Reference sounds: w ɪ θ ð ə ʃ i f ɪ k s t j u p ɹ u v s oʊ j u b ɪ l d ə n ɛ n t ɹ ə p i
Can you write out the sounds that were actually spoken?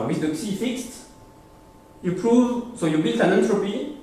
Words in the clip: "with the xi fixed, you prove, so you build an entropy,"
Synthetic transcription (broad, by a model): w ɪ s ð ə s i f ɪ k s t j u p ɹ u v s oʊ j u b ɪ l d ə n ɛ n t ɹ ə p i